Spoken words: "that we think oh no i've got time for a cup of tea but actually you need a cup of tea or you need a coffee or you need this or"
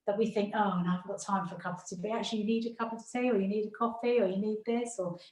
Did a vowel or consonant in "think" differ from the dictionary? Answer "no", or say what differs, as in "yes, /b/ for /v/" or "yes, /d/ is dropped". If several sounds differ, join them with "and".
no